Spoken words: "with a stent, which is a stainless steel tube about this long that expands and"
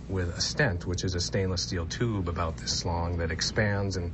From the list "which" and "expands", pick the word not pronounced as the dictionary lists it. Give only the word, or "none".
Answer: none